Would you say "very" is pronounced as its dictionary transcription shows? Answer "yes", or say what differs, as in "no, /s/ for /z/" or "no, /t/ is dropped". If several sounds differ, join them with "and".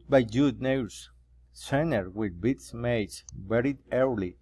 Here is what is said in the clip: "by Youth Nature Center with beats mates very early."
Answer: no, /b/ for /v/